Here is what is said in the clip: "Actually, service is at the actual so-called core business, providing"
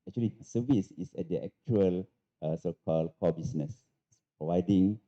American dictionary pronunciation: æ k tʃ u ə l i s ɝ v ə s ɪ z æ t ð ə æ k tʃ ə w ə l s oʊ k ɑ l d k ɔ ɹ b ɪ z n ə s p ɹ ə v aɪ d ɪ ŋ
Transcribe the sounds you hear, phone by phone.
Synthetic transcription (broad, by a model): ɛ k tʃ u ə l i s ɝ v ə s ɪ s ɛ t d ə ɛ k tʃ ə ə l s oʊ k ɑ l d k ɔ b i s n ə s p ɹ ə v aɪ d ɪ ŋ